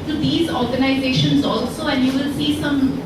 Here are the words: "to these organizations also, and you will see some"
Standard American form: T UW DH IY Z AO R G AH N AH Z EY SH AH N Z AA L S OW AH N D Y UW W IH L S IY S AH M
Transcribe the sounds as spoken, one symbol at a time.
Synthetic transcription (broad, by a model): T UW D IY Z AO R G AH N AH Z EY SH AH N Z AA L S OW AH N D Y UW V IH L S IY S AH M